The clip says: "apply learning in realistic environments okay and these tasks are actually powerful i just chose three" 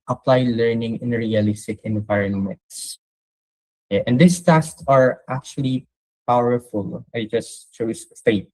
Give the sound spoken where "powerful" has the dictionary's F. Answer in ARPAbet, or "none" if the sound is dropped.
F